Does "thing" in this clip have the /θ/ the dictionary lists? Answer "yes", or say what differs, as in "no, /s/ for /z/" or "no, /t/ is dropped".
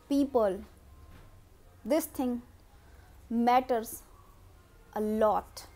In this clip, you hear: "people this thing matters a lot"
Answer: no, /t/ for /θ/